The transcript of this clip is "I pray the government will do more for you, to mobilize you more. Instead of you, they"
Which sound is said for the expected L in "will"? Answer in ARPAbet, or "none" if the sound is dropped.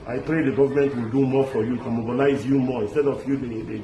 L